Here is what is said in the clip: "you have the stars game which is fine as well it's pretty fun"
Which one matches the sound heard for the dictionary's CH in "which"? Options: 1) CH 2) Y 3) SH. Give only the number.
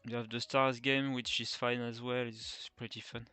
1